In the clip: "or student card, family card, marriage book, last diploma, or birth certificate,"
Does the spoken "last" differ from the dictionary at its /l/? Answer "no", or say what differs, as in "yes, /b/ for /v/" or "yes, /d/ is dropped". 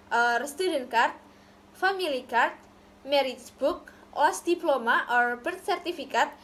yes, /w/ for /l/